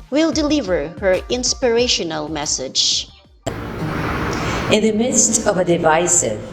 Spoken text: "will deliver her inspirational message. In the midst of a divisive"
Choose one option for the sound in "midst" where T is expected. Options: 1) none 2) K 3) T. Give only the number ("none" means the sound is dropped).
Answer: 3